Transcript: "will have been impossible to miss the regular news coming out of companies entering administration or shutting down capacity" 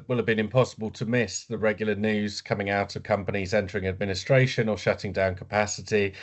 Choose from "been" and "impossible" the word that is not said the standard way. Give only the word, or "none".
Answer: none